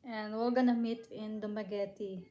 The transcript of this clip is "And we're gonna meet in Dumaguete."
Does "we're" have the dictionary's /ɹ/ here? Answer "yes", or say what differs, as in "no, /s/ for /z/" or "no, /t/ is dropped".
no, /l/ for /ɹ/